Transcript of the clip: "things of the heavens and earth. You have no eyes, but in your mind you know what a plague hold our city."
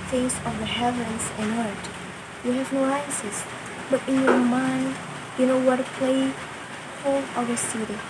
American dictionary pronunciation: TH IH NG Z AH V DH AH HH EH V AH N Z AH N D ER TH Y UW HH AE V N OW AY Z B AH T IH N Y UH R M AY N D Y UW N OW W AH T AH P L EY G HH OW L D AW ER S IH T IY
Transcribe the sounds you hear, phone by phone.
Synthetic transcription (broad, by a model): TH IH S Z AH V DH AH HH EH V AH N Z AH N ER TH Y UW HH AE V N OW AY S B AH T IH N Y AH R M AY N D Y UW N OW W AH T AH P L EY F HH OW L AW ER S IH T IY